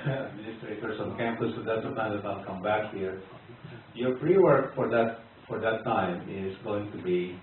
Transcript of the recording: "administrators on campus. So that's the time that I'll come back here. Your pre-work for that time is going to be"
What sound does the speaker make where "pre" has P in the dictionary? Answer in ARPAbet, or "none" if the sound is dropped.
F